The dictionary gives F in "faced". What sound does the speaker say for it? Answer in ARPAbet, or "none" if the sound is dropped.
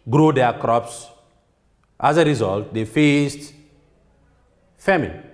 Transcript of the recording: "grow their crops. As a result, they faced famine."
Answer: F